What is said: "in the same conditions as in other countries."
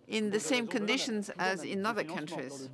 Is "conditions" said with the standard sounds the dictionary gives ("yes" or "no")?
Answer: yes